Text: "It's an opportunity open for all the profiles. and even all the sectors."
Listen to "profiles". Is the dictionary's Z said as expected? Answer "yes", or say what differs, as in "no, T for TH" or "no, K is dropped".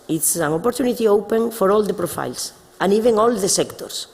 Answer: no, S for Z